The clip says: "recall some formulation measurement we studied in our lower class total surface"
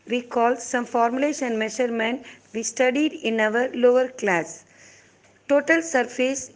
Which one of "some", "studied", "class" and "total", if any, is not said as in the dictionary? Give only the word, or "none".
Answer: none